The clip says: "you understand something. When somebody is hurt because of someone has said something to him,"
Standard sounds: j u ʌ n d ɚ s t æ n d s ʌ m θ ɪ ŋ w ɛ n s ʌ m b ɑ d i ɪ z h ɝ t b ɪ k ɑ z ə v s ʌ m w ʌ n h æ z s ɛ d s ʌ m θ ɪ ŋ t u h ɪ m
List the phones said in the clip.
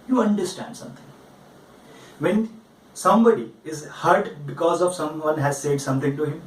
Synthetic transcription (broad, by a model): j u ʌ n d ɚ s t æ n d s ʌ m t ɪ ŋ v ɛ n s ʌ m b ɑ d i ɪ z h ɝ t b ɪ k ɑ z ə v s ʌ m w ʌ n h æ z s ɛ d s ʌ m t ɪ ŋ t u h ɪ m